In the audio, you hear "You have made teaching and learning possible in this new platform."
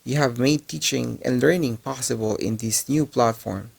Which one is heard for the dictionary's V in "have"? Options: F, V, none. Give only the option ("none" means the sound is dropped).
V